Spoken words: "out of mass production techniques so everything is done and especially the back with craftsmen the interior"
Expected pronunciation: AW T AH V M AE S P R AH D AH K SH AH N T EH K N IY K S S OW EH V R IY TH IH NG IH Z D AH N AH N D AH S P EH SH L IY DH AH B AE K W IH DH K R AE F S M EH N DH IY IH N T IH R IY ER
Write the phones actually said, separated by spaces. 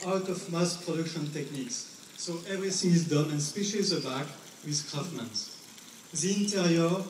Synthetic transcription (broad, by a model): AW T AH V M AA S P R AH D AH K SH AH N T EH K N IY K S S OW EH V R IY TH IH NG IH Z D AH N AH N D S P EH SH IY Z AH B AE K W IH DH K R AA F M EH N DH IY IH N T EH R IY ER